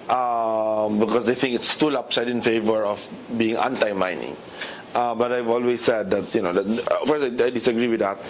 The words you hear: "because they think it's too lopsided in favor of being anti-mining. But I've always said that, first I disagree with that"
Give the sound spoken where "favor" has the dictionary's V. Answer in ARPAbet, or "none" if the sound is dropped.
V